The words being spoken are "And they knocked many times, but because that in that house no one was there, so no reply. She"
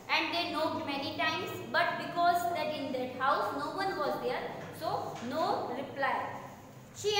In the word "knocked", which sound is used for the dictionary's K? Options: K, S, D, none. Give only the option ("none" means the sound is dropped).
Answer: none